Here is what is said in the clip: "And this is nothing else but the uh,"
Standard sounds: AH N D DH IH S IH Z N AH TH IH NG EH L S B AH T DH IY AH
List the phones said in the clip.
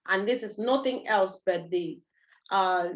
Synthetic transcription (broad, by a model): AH N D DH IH S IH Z N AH T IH NG EH L S B AH T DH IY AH